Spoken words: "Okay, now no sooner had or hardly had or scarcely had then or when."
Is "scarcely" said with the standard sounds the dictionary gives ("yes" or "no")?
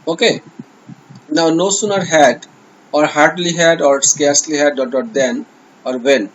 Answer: yes